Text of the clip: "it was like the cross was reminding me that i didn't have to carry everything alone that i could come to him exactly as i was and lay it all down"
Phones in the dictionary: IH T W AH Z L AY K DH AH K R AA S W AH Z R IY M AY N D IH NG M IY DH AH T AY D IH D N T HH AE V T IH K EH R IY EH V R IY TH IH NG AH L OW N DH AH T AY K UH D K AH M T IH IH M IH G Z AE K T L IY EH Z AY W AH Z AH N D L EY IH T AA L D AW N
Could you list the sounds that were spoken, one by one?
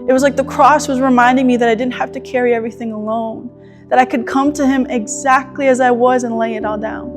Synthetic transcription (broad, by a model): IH T W AH Z L AY K DH AH K R AA S W AH Z R IY M AY N D IH NG M IY DH AH T AY D IH D N T HH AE F T IH K EH R IY EH V R IY TH IH NG AH L OW N DH AH T AY K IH D K AH M T IH IH M IH G Z AE K T L IY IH Z AY W AH Z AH N L EY IH T AA L D AW N